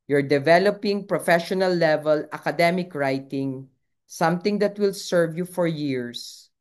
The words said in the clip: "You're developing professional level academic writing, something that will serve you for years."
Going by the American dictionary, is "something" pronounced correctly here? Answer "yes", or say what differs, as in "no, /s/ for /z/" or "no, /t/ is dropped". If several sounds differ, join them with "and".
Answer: no, /t/ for /θ/